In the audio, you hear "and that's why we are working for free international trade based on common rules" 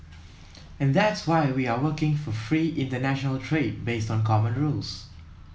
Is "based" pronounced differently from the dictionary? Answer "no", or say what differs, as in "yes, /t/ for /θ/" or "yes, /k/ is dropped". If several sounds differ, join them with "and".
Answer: no